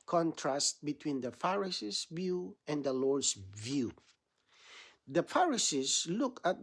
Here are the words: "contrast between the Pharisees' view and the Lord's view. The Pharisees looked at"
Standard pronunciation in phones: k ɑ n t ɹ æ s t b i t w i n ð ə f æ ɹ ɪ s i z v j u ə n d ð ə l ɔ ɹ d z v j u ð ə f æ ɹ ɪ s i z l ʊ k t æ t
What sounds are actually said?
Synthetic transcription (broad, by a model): k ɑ n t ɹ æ s t b i t w i n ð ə f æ ɹ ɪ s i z v j u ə n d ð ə l ɔ ɹ d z v j u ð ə f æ ɹ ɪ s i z l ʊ k æ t